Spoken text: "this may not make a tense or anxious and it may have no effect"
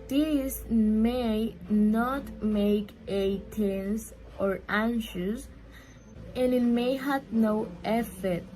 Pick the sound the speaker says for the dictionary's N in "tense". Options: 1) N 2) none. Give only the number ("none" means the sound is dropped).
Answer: 1